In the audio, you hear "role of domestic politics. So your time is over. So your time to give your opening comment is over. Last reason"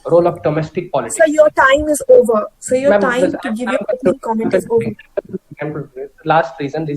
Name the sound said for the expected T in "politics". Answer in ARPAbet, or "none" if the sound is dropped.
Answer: S